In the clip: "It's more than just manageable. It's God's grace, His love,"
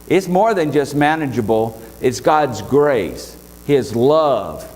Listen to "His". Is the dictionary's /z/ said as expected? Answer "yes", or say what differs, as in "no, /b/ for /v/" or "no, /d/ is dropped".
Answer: yes